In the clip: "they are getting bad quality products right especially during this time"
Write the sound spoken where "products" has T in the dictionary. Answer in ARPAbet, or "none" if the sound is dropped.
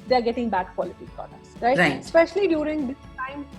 S